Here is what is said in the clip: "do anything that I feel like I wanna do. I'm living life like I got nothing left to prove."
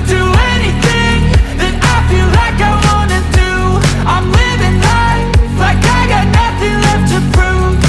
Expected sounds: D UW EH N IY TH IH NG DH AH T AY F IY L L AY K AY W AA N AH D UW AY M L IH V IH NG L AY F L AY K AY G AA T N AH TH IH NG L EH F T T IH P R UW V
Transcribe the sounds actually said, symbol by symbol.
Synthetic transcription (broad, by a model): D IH EH N IY TH IH NG DH AH T AY F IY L L AY K AY W AA N AH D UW AY M L IH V IH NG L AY L AY K AY G AA T N AH TH IH NG L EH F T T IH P R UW